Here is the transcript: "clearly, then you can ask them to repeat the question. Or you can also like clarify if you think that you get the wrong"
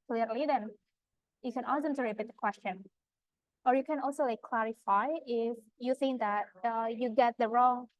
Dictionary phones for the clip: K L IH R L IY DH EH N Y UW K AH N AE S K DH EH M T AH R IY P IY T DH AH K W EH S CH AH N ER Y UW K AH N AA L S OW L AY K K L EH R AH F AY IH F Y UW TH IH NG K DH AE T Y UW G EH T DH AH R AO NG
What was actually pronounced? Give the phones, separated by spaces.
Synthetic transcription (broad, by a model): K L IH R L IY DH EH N Y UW K AH N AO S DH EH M T AH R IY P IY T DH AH K W EH S CH AH N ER Y UW K AH N AA L S OW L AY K K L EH R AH F AY IH F Y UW TH IH NG K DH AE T Y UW G EH T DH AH R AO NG